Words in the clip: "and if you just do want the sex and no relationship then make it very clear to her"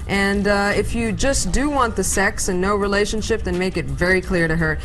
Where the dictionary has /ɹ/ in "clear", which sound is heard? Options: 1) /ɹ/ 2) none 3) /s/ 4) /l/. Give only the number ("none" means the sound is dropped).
1